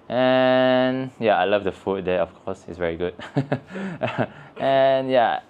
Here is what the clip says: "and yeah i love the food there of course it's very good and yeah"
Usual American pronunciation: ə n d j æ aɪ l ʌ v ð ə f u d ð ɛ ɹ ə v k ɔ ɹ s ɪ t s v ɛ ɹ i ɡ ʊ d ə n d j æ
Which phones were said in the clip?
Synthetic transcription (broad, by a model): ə n j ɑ aɪ l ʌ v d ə f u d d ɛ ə f k ɔ s ɪ t s v ɛ ɹ i ɡ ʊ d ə n j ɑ